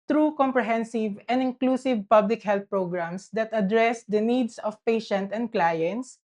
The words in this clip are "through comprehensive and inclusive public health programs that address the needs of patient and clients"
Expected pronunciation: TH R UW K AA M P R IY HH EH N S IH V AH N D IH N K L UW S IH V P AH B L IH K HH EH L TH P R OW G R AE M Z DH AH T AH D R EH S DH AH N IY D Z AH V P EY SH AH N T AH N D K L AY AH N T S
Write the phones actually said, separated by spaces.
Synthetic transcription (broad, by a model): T R UW K AA M P R IY HH EH N S IH V AH N D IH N K L UW S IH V P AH B L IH K HH EH L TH P R OW G R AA M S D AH T AH D R EH S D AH N IY D S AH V P EY SH AH N T AH N D K L AY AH N T S